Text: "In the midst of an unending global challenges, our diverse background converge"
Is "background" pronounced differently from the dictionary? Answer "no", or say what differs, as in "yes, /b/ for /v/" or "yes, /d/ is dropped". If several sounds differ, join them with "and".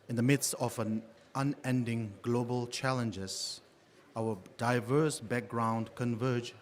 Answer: no